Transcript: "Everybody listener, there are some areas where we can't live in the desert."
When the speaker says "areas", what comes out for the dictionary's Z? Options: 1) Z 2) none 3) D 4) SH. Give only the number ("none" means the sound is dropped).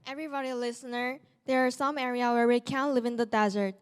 2